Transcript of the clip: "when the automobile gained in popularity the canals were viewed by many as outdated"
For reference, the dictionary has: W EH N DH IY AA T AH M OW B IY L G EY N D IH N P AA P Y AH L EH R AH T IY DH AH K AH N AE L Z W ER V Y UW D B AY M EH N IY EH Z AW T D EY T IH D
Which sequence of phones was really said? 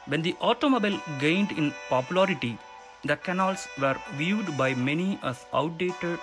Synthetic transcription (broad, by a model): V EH N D IY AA T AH M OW B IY L G EY N D IH N P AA P Y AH L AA R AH T IY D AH K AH N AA L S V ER V Y UW D B AY M EH N IY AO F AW T D EY T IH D